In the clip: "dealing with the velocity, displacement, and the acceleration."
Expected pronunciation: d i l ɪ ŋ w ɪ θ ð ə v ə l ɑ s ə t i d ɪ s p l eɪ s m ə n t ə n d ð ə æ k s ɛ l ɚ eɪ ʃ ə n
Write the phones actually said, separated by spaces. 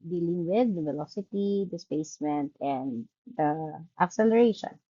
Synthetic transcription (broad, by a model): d i l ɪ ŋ w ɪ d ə v ə l ɑ s ə t i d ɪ s p eɪ s m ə n t ə n d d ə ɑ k s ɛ l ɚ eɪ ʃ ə n